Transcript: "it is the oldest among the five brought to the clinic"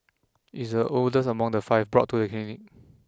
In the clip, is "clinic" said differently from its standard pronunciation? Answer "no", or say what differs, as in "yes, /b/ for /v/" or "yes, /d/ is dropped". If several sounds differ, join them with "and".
yes, /l/ is dropped